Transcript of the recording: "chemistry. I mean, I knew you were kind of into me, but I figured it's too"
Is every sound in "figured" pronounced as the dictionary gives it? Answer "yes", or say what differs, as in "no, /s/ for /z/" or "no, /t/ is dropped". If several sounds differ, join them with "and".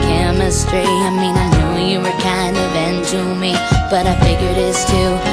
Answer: yes